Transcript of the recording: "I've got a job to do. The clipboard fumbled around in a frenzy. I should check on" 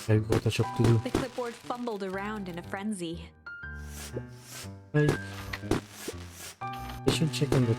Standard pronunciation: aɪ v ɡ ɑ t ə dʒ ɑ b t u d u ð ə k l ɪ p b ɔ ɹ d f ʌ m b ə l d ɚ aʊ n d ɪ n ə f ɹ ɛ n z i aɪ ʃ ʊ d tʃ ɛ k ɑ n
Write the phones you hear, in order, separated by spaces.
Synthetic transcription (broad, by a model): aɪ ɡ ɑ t ə tʃ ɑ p t u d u ð ə k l ɪ p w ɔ ɹ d f ʌ m b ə l d ɚ aʊ n d ɪ n ə f ɹ ɛ n z i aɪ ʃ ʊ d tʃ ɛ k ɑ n